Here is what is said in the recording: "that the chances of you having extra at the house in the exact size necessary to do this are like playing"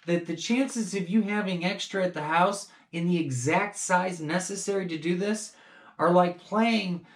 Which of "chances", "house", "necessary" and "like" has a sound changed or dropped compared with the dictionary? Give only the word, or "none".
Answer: none